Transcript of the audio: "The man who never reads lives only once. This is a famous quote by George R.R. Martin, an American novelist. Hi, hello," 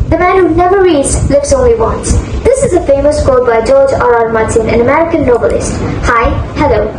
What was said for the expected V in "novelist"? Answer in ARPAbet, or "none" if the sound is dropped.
B